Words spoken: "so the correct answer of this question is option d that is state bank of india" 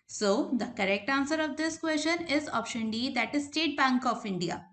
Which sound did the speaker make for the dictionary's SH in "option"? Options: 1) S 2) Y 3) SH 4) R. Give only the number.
3